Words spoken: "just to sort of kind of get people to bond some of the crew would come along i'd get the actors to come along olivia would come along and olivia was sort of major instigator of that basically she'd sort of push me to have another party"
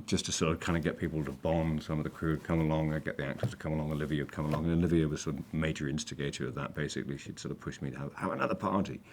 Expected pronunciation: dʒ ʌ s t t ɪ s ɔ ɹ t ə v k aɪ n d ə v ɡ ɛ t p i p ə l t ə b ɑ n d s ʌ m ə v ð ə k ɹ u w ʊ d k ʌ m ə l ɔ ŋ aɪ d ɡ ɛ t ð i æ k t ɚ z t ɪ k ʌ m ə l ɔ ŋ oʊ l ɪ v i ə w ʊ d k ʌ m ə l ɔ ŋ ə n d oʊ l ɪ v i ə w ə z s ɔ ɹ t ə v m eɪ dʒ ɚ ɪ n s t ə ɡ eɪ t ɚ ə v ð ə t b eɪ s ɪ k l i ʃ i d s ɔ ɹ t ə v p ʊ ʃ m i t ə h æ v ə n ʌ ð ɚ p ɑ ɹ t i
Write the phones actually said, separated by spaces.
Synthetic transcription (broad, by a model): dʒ ʌ s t t ɪ s ɔ ɹ t ə v k aɪ n d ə ɡ ɛ t p i p l t ə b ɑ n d s ʌ m ə v ð ə k ɹ u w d k ʌ m ə l ɔ ŋ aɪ ɡ ɛ t ð i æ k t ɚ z t ɪ k ʌ m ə l ɔ ŋ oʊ l ɪ v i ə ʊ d k ʌ m ə l ɔ ŋ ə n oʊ l ɪ v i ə w ə z s ɔ ɹ t ə v m eɪ dʒ ɚ ɪ n s t ə ɡ eɪ t ɚ ə v ð ə t b eɪ s ɪ k l i ʃ i d s ɔ ɹ t ə v p ʊ ʃ m i t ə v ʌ v ə n ʌ ð ɚ p ɑ ɹ t i